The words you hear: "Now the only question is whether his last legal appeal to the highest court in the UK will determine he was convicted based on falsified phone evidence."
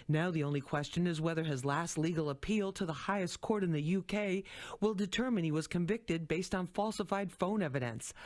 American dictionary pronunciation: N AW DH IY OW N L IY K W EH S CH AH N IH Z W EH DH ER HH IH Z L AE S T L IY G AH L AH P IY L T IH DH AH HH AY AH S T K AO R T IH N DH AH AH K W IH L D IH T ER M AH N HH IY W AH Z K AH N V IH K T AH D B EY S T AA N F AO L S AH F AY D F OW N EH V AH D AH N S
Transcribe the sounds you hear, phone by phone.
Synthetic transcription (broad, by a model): N AW DH IY OW N L IY K W EH S CH AH N IH Z W EH DH ER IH Z L AE S T L IY G L AH P IY L T IH DH AH HH AY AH S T K AO R T IH N DH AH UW K W IH L D IH T ER M AH N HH IY W AH Z K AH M V IH K T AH D B EY S T N F AO L S AH F AY D F OW N EH V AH D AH N S